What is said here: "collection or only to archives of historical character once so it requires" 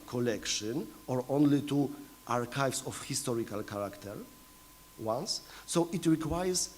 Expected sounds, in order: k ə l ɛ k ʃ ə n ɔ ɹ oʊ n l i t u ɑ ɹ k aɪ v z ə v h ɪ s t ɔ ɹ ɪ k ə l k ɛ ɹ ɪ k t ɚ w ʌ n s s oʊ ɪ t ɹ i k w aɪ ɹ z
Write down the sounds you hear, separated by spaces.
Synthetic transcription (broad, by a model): k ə l ɛ k ʃ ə n ɔ ɹ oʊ n l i t u ɑ ɹ k aɪ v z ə f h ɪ s t ɔ ɹ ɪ k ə l k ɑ ɹ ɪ k t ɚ w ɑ n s s oʊ ɪ t ɹ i k w aɪ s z